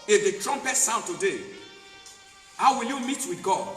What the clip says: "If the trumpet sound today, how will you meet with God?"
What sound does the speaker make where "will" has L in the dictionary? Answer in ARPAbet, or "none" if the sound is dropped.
L